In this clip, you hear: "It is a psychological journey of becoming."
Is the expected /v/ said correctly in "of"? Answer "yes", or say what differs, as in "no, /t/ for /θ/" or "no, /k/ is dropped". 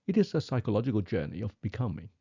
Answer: yes